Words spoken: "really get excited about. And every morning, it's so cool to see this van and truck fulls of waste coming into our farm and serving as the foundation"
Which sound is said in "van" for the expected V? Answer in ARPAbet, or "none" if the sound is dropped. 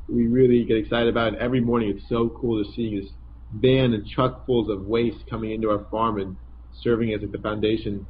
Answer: B